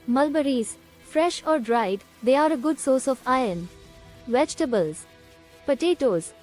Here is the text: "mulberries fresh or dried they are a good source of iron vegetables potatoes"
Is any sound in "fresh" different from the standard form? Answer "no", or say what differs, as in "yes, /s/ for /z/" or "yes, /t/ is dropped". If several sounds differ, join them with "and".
no